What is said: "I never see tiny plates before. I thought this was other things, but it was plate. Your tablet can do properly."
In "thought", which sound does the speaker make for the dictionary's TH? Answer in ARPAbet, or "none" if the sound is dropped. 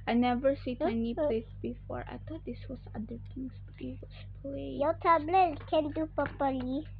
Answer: T